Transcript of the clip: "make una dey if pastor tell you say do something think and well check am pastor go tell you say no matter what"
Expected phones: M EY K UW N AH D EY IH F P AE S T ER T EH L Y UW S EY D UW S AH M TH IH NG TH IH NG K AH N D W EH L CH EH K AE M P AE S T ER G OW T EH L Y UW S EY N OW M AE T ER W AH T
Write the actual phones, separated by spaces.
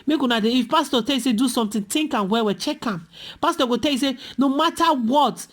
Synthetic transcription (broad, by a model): M EY K UW N AH D EY IH F P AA S T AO T EH L Y UW S EY D UW S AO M T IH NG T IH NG K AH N W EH W CH EH K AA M P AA S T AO G OW T EH L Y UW S EY N OW M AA T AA W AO T